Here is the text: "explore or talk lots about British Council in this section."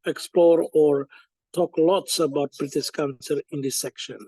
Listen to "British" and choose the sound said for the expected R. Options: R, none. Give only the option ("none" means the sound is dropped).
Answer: R